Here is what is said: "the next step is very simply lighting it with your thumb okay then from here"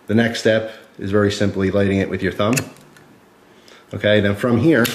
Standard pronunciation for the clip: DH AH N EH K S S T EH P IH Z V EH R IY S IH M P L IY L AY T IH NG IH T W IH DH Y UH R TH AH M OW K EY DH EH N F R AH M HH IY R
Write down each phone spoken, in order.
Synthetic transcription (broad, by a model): DH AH N EH K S S T EH P IH Z V EH R IY S IH M P L IY L AY T IH NG IH T W IH DH Y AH R TH AH M OW K EY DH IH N F R AH M HH IY R